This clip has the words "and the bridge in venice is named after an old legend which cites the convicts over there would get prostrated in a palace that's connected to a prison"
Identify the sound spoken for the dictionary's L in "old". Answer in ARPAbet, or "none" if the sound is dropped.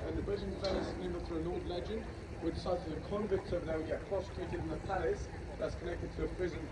none